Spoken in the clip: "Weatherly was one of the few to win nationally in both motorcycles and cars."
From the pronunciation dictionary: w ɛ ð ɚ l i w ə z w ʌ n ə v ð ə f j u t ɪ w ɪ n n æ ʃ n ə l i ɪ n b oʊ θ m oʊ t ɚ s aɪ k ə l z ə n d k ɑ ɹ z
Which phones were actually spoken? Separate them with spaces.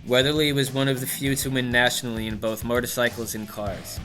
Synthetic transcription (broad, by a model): w ɛ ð ɚ l i w ə z w ʌ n ə v ð ə f j u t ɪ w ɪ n n æ ʃ n l i ɪ n b oʊ θ m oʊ t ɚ s aɪ k l z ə n k ɑ ɹ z